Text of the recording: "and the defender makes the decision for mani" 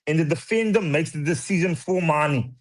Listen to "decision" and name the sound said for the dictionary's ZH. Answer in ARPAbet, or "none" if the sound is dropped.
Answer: Z